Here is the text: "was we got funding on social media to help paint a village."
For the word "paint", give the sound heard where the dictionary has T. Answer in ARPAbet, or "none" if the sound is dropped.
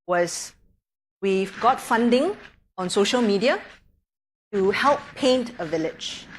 T